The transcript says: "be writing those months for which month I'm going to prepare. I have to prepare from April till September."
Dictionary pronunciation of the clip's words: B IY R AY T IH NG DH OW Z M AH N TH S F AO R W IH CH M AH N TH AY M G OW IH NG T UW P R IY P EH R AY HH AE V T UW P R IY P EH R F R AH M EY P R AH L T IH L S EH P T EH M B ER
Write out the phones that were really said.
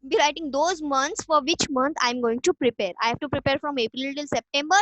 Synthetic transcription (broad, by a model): B IY R AY T IH NG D OW Z M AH N T S F AO R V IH CH M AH N T AY M G OW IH NG T UW P R IY P EH R AY HH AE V T UW P R IY P EH R F R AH M EY P R AH L T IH L S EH P T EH M B ER